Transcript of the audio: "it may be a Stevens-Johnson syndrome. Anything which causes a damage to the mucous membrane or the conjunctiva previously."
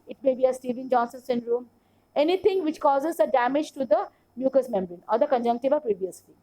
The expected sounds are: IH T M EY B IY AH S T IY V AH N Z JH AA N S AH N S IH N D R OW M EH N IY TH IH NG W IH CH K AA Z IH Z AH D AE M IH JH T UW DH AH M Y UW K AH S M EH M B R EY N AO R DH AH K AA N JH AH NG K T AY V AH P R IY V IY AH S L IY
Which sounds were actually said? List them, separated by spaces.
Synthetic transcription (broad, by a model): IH T M EY B IY AH S T IY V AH N JH AA N S AH N S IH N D R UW M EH N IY T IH NG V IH CH K AA Z IH Z AH D AE M IH JH T UW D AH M Y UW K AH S M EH M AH R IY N AO R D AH K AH N JH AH NG K T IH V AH P R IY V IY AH S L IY